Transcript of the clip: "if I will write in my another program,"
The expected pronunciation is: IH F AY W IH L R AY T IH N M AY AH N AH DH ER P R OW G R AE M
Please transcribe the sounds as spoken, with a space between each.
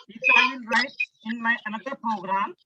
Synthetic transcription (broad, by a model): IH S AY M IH N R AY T IH N M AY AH N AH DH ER P R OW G R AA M